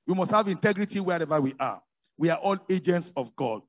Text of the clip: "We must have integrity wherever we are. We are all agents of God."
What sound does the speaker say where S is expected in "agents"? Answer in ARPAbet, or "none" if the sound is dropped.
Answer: S